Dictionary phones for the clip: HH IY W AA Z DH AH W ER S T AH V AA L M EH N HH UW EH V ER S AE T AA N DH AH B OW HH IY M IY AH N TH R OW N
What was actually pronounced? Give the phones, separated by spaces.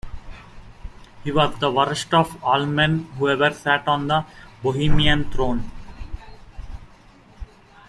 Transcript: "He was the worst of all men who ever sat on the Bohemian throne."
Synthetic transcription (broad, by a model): HH IY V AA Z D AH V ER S T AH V AA L M EH N HH UW EH V ER S AE T AA N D AH B OW HH IY M IY AH N T R OW N